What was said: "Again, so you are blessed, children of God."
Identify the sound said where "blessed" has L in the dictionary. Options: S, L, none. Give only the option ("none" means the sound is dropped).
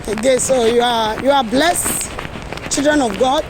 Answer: L